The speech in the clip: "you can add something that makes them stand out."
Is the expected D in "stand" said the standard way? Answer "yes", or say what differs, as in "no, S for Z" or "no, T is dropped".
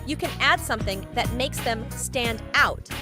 yes